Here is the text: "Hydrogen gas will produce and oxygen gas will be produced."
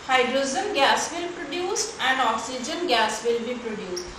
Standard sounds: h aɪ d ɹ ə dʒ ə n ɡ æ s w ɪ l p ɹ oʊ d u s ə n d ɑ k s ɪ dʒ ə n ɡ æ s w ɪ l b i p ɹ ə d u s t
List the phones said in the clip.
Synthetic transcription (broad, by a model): h aɪ d ɹ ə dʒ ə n ɡ æ s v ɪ l p ɹ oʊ d u s ə n d ɑ k s ɪ dʒ ə n ɡ æ s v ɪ l b i p ɹ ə d u s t